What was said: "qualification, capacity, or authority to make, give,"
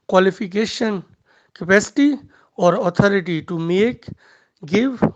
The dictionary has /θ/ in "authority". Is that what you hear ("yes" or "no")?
no